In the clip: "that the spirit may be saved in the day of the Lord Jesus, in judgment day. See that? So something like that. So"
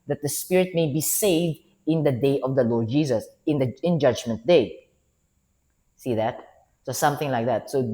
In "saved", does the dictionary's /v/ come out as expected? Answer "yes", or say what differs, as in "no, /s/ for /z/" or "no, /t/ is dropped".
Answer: yes